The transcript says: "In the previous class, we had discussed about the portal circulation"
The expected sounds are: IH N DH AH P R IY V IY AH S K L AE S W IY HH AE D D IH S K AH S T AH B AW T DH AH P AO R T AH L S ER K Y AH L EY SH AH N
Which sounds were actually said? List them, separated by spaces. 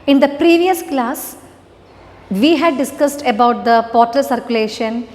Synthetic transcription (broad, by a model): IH N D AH P R IY V IY AH S K L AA S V IY HH AE D D IH S K AH S T AH B AW T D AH P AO R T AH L S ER K Y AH L EY SH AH N